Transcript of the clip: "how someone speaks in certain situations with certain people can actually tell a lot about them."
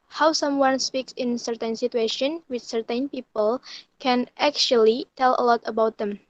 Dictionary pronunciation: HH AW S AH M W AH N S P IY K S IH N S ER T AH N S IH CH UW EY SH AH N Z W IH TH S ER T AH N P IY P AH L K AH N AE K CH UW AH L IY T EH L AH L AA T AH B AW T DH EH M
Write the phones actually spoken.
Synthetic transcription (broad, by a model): HH AW S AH M W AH N S P IY K S IH N S ER T AH N S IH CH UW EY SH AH N W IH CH S ER T AH N P IY P AH L K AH N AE K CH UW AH L IY T EH L AH L AA T AH B AW T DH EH M